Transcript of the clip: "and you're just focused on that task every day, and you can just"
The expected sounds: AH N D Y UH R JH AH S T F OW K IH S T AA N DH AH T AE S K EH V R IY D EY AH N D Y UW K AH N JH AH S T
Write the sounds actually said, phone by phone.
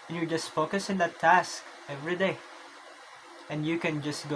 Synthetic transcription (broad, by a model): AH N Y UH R JH AH S T F OW K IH S IH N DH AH T AE S K EH V R IY D EY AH N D Y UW K AH N JH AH S T